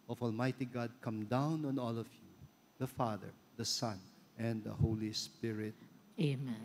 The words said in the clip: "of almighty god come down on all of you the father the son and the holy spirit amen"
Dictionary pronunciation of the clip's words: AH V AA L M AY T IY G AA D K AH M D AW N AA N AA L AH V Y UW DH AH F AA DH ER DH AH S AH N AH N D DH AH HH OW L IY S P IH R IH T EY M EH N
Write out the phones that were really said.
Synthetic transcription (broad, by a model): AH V AA L M AY T IY G AA D K AH M D AW N AA N AA L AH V Y UW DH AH F AA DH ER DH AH S AH N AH N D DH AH HH OW L IY S P IH R IH T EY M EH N